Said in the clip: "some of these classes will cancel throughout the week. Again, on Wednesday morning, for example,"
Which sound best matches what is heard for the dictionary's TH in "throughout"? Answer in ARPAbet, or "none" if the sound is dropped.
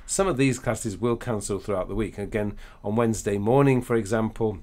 TH